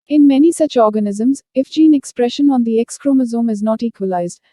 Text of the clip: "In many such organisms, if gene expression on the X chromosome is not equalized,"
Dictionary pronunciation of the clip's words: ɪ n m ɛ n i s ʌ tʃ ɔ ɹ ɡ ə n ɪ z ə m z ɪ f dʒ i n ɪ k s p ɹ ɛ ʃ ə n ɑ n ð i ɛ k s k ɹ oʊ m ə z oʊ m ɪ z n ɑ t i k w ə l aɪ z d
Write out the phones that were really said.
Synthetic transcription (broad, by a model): ɪ n m ɛ n i s ʌ tʃ ɔ ɹ ɡ ə n ɪ z ə m z ɪ f dʒ i n ɪ k s p ɹ ɛ ʃ ə n ɑ n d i ɛ k s k ɹ oʊ m ə z oʊ m ɪ z n ɑ t i k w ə l aɪ z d